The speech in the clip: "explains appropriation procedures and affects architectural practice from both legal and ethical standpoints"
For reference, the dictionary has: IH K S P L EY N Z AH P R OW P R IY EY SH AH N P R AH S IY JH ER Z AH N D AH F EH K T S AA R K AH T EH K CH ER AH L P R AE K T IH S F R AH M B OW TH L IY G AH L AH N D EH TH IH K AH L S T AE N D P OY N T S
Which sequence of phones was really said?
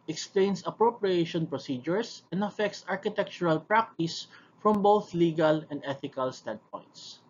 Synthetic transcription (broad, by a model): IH K S P L EY N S AH P R OW P R IY EY SH AH N P R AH S IY JH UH S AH N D AH F EH K T S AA R K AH T EH K CH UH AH L P R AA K T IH S F R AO M B OW TH L IY G AH L AH N D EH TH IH K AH L S T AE N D P OY N T S